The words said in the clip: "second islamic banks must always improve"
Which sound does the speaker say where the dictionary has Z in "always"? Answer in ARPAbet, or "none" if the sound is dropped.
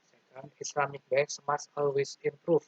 S